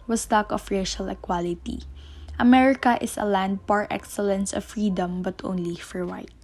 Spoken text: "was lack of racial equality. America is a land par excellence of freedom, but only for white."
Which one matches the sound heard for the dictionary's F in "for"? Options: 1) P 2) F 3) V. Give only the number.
2